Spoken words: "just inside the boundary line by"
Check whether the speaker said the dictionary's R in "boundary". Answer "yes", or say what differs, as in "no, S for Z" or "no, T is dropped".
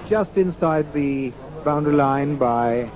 no, R is dropped